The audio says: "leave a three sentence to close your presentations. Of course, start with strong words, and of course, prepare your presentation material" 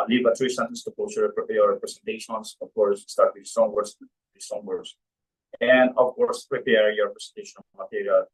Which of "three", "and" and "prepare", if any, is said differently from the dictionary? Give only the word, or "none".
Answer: three